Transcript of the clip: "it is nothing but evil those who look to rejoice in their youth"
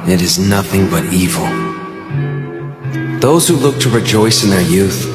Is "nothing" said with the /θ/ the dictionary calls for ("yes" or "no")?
yes